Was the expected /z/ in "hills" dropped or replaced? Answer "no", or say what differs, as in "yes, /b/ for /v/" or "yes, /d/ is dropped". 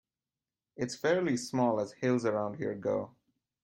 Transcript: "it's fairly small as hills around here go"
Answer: no